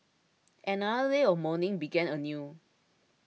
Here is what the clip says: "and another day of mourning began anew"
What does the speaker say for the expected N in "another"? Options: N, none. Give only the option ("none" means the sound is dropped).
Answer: none